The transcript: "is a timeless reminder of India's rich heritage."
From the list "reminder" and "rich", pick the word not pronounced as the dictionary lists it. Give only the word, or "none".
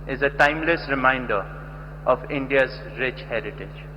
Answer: none